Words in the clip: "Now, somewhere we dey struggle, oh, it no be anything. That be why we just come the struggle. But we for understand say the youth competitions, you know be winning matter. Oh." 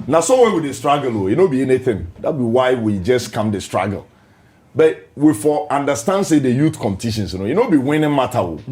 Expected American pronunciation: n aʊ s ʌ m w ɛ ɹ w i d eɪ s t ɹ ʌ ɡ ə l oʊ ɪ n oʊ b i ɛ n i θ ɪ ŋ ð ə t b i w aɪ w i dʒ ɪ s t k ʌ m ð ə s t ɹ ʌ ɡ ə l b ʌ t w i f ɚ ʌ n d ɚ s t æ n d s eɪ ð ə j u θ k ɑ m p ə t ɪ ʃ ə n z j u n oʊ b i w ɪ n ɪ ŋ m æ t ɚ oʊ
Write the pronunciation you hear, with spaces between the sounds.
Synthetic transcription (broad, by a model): n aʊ s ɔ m w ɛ w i d eɪ s t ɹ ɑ ɡ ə l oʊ ɪ n oʊ b i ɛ n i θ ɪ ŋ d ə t b i w aɪ w i dʒ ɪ s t k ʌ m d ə s t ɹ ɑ ɡ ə l b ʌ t w i f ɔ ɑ n d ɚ s t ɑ n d s eɪ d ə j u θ k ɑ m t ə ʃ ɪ s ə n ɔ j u n oʊ b i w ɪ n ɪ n m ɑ t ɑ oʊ